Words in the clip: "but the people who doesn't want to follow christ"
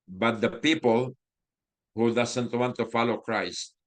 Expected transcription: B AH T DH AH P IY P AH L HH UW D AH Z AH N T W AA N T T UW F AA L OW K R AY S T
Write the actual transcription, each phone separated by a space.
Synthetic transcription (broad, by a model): B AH T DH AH P IY P AH L HH UW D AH S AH N T W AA N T T UW F AA L OW K R AY S T